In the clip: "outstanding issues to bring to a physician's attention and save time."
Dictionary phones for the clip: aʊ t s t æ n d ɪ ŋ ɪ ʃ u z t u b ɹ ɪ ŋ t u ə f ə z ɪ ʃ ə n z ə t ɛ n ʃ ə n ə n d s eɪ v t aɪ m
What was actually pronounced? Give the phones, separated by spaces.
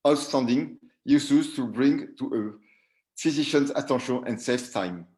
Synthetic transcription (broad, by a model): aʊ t s t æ n d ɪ ŋ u s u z t u b ɹ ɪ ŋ t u ə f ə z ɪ ʃ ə n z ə t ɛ ʃ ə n ə n d s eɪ f t aɪ m